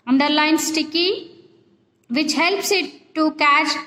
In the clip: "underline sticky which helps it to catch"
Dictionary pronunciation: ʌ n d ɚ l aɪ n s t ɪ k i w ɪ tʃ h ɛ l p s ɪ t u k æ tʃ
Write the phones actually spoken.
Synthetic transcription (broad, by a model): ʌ n d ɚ l aɪ n s t ɪ k i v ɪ tʃ h ɛ l p s ɪ t u k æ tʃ